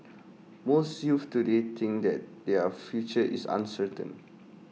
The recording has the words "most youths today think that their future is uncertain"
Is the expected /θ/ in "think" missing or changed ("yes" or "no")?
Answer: yes